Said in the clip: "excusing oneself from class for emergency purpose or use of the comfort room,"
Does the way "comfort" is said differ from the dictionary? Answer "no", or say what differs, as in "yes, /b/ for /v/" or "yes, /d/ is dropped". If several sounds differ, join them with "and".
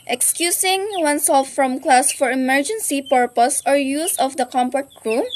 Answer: yes, /p/ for /f/